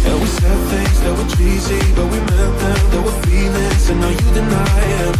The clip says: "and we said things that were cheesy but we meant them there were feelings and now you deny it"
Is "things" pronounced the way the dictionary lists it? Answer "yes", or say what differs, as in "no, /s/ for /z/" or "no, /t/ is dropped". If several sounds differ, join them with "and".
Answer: yes